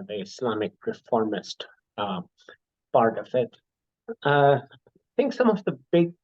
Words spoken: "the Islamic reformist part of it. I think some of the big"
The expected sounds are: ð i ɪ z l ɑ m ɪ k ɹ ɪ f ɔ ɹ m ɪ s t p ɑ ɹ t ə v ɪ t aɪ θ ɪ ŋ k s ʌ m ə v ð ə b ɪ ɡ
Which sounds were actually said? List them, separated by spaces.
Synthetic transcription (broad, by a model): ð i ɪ s l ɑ m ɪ k ɹ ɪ f ɔ ɹ m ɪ s t b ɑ ɹ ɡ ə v ɪ t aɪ θ ɪ ŋ k s ʌ m ə v ð ə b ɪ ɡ